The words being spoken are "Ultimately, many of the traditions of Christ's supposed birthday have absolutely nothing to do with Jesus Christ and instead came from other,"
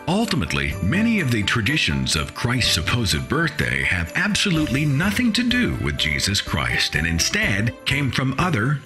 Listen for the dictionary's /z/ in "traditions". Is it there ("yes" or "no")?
yes